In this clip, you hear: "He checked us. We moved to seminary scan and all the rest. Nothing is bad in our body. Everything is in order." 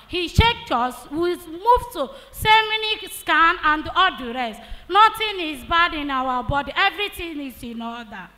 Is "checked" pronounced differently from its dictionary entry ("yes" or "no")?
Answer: yes